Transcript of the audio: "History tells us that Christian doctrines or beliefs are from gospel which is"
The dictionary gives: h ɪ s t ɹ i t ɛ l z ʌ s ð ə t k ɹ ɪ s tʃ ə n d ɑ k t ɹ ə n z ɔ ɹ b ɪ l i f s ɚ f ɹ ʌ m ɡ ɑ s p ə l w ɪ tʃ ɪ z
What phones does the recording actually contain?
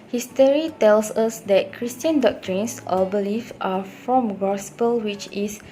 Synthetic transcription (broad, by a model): h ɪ s t ɹ i t ɛ l s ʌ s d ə t k ɹ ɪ s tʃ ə n d ɑ k t ɹ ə n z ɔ l b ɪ l i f ɑ f ɹ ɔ m ɡ ɑ s p ə l w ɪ tʃ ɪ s